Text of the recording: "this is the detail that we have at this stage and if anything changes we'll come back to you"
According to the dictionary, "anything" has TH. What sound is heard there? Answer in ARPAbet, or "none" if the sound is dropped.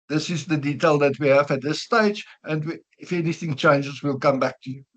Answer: TH